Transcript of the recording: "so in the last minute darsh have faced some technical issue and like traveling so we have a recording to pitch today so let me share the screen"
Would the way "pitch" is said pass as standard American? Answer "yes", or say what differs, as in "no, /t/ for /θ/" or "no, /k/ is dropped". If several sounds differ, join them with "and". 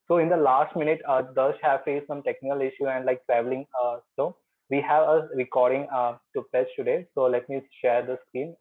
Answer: no, /s/ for /tʃ/